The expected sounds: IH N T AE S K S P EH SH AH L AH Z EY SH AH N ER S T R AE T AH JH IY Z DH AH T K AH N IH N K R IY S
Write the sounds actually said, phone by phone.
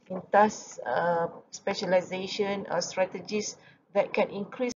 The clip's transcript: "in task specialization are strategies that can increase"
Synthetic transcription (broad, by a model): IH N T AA S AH S P EH SH AH L AH Z EY SH AH N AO S T R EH T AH JH IY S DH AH T K AH N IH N K R IY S